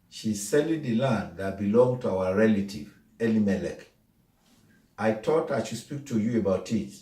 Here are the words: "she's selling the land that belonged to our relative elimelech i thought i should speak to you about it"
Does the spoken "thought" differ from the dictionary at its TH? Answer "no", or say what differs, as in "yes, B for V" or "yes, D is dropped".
yes, T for TH